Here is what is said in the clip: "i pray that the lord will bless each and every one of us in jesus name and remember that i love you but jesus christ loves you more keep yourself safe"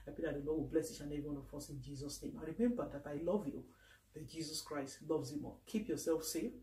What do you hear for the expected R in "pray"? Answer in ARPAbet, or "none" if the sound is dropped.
none